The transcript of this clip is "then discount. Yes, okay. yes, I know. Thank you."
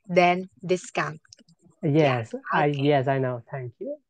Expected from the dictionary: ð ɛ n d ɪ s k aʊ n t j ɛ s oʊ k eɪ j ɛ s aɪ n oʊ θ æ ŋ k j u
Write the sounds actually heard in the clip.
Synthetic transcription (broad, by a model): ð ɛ n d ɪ s k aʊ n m j ɛ s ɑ ɪ j ɛ s aɪ n oʊ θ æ ŋ k j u